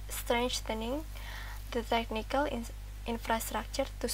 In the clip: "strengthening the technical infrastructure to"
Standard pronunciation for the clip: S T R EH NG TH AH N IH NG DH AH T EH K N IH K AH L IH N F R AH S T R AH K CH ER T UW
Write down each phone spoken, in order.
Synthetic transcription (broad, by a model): S T R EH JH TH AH N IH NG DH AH T EH K N IH K AH L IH N F R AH S T R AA K CH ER T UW